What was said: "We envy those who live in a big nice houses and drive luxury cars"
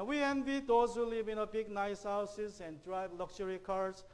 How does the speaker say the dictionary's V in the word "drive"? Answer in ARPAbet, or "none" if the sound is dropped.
B